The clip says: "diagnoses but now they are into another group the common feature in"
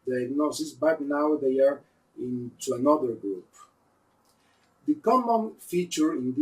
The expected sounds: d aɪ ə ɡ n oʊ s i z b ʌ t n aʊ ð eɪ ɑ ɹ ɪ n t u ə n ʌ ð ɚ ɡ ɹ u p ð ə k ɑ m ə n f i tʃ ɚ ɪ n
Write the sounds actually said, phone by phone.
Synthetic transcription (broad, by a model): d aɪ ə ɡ n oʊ s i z b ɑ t n aʊ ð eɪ ɑ ɹ ɪ n t u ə n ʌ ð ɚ ɡ ɹ u p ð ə k ɑ m ə n f i tʃ ɚ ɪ n